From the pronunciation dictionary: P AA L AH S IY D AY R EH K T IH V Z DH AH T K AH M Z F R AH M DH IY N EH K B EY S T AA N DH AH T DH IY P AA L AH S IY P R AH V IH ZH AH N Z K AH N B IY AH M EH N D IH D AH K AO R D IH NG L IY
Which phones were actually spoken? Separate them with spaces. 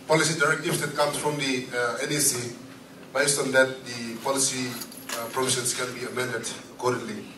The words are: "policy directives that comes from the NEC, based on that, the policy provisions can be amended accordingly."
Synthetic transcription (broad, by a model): P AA L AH S IY D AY R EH K T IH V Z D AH T K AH M S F R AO M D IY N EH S B EY S T AA N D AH T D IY P AA L AH S IY P R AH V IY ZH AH N S K AH N B IY AH M EH N D IH D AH K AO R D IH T L IY